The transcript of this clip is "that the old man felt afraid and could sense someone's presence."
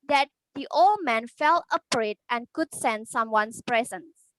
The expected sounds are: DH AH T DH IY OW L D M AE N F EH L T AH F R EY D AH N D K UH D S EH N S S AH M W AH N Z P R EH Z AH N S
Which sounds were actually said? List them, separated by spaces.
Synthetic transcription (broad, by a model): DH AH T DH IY OW L D M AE N F EH L AH P R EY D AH N K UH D S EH N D S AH M W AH N S P R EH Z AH N S